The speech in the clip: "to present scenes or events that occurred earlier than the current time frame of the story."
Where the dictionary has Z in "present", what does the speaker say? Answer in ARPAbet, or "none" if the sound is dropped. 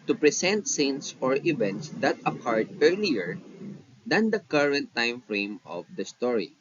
S